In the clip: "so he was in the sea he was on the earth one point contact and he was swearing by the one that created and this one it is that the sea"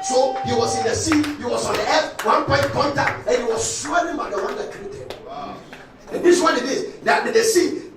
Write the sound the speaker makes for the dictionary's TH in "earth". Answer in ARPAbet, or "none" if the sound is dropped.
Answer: F